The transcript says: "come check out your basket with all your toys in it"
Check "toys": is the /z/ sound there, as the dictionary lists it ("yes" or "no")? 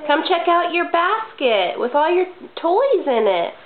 yes